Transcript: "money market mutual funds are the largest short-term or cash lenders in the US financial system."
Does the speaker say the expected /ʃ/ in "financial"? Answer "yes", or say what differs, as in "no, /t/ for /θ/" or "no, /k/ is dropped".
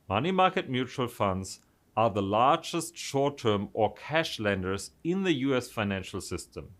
yes